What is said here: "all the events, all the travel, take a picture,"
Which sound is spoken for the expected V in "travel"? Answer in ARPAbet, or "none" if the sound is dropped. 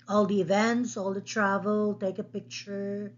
V